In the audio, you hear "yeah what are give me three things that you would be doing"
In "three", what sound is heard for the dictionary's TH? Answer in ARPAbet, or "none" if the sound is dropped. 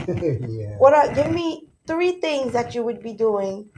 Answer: TH